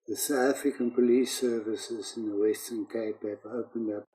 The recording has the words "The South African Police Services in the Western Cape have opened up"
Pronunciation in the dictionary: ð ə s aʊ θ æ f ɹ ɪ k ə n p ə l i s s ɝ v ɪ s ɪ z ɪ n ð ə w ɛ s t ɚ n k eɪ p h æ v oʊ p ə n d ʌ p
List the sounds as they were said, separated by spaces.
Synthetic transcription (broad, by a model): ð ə s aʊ t æ f ɹ ɪ k ə n p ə l i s s ɝ v ɪ s ɪ z ɪ n ð ə w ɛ s t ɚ n k eɪ p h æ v oʊ p ə n d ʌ p